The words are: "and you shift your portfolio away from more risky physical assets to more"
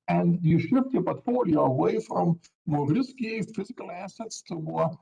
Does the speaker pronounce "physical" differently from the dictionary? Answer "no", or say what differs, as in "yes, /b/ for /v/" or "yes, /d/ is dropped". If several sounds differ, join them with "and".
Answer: no